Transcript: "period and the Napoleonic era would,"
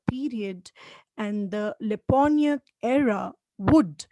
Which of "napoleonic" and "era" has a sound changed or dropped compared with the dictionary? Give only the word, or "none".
napoleonic